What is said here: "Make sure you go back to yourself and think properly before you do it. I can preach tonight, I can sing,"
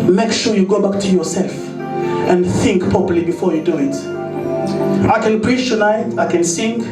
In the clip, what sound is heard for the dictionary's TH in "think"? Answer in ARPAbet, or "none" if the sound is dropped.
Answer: TH